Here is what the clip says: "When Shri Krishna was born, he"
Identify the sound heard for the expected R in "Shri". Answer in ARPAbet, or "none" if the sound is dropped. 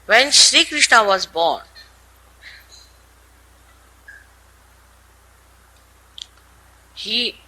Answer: R